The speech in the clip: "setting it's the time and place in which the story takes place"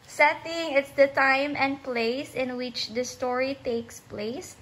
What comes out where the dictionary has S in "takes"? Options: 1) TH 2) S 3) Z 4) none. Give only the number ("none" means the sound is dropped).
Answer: 2